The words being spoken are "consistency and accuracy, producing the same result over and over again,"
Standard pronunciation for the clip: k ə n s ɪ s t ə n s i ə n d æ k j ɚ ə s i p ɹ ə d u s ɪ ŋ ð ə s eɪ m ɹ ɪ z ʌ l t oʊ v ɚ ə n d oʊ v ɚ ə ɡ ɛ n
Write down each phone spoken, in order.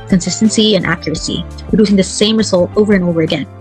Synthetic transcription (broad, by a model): k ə n s ɪ s t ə n s i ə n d æ k j ɚ ə s i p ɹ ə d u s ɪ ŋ ð ə s eɪ m ɹ ɪ z ʌ l t oʊ v ɚ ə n oʊ v ɚ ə ɡ ɛ n